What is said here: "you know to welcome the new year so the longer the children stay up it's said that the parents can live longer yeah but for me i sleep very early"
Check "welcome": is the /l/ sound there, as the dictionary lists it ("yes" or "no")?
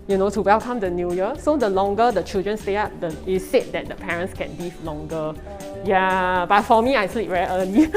yes